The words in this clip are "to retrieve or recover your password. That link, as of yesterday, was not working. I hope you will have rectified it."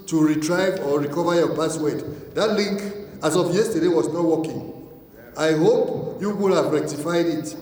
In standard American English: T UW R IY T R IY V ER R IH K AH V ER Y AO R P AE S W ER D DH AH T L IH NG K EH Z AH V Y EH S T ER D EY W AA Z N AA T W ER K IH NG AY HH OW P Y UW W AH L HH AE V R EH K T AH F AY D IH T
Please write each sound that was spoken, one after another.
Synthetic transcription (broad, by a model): T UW R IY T R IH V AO R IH K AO V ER Y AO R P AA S W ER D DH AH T L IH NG K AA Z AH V Y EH S T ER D EY W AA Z N AA T W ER K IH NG AY HH OW P Y UW W AH L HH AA V R EH K T AH F AY D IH T